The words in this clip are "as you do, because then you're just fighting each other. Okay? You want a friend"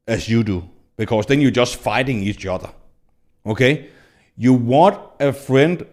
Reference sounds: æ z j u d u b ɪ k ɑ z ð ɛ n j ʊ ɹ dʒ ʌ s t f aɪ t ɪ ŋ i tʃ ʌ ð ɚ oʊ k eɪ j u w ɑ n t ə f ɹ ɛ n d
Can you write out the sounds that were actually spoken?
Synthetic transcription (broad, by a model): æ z j u d u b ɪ k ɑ s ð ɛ n j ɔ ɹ dʒ ʌ s t f aɪ t ɪ ŋ i tʃ ʌ ð ɚ oʊ k eɪ j u w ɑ n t ə f ɹ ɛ n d